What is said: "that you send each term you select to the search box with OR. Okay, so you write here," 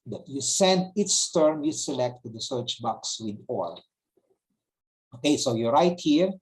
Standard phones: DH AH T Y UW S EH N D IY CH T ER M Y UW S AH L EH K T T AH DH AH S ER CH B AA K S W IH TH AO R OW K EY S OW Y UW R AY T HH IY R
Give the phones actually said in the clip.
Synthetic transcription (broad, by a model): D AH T Y UW S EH N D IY S T ER M Y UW S AH L EH K T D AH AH S ER CH B AA K S W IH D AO L OW K EY S OW Y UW R AY T HH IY R